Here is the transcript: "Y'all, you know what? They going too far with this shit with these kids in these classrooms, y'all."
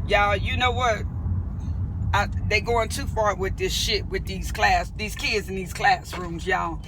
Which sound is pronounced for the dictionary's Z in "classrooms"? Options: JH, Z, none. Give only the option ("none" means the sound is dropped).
Z